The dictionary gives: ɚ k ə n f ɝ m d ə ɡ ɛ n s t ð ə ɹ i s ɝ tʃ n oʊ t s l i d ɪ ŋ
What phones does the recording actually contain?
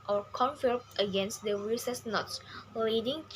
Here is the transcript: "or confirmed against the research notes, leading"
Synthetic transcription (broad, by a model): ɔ k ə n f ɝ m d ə ɡ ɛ n s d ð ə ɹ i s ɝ s n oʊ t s l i d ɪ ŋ